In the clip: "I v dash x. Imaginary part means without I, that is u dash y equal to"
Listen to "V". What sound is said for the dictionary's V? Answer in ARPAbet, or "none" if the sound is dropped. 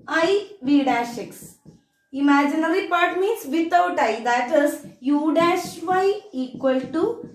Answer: V